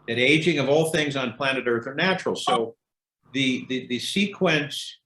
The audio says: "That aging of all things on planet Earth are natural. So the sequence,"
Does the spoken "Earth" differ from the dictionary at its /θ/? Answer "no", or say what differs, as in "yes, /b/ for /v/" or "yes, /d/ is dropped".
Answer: no